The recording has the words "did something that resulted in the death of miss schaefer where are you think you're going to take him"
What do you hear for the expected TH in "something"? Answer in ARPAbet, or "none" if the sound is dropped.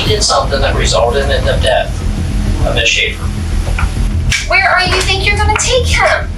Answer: TH